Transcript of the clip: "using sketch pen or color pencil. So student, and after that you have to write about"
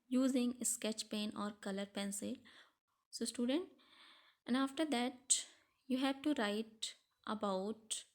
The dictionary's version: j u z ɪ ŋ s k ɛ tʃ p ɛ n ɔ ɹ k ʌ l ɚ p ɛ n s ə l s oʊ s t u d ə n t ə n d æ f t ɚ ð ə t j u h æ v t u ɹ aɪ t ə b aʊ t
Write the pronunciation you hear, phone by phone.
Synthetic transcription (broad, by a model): j u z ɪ ŋ s k ɛ tʃ p ɛ n ɔ ɹ k ʌ l ɚ p ɛ n s ə l s oʊ s t u d ə n t ə n d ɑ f t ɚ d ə t j u h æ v t u ɹ aɪ t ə b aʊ t